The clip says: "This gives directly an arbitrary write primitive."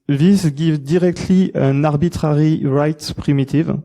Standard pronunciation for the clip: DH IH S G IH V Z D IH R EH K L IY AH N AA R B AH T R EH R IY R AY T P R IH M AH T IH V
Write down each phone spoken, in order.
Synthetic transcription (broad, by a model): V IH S G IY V D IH R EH K L IY AH N AA R B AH T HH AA R IY R AY T P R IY M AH T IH V